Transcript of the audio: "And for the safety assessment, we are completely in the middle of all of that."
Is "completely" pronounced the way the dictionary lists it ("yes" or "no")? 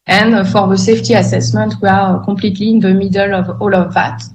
no